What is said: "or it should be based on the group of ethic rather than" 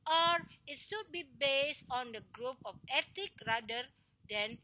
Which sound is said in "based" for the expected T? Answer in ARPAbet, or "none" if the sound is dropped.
T